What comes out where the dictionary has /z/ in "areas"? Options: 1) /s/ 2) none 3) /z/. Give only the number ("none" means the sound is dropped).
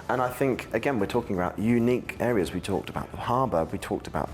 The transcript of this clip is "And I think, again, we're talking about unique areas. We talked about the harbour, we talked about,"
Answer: 3